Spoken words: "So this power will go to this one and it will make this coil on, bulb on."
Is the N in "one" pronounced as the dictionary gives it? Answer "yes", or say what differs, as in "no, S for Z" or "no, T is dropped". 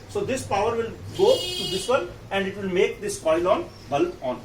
no, L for N